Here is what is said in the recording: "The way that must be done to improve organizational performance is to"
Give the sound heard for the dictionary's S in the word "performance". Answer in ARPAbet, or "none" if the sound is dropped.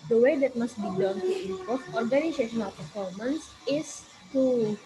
S